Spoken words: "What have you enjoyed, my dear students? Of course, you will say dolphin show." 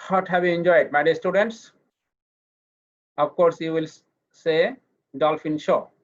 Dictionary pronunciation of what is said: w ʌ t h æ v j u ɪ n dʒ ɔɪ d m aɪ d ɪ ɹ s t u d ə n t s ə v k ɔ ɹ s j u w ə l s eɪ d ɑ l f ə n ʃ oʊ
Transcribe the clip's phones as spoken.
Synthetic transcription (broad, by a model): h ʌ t h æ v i ɪ n dʒ ɔɪ d m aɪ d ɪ s t u d ə n t s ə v k ɔ ɹ s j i w ə l s eɪ d ɑ l f ə n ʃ oʊ